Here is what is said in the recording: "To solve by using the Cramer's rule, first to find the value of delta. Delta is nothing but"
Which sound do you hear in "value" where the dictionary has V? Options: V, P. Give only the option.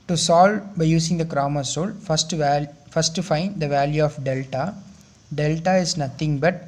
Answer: V